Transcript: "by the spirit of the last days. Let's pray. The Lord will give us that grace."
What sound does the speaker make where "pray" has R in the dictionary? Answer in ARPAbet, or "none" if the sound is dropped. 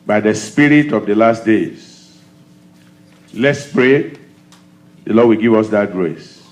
R